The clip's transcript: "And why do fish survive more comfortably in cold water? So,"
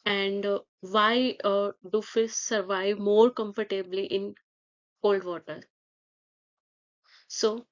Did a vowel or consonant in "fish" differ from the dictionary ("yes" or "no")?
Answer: yes